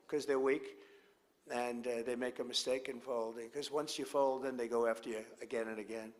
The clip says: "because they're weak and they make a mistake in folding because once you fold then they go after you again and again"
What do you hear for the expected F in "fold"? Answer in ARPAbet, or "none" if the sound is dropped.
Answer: F